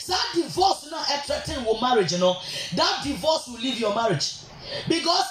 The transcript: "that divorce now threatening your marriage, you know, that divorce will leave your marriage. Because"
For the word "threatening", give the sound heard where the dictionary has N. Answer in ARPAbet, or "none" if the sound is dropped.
none